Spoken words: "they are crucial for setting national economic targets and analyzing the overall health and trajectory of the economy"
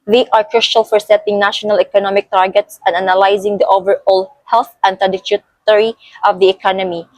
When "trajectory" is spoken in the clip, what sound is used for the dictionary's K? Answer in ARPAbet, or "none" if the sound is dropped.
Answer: none